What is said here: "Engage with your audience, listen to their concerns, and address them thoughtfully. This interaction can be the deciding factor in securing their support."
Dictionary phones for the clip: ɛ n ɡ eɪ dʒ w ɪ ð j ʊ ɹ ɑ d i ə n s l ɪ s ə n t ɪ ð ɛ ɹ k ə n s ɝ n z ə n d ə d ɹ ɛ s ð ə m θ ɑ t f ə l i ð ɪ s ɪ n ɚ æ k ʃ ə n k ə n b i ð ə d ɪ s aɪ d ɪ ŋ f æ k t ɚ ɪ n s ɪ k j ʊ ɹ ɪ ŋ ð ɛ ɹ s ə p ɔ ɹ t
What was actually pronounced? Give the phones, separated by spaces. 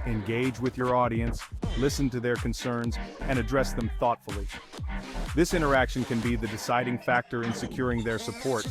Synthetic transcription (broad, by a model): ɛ n ɡ eɪ dʒ w ɪ ð j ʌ ɹ ɑ d i ə n s l ɪ s ə n t ɪ ð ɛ ɹ k ə n s ɝ n z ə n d ə d ɹ ɛ s ð ə m θ ɑ t f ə l i ð ɪ s ɪ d ɚ æ k ʃ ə n k ə n b i ð ə d ɪ s aɪ d ɪ ŋ f æ k t ɚ ɪ n s ɪ k j ʊ ɹ ɪ ŋ ð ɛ ɹ s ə p ɔ ɹ t